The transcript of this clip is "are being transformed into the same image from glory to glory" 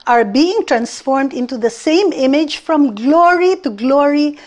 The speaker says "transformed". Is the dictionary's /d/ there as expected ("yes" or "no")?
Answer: yes